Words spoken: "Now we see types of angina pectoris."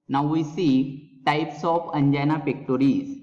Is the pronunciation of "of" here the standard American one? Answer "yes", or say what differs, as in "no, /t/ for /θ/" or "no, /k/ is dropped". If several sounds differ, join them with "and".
no, /p/ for /v/